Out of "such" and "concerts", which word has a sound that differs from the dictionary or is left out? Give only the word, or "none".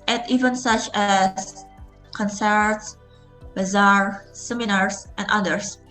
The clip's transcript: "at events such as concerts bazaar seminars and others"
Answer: none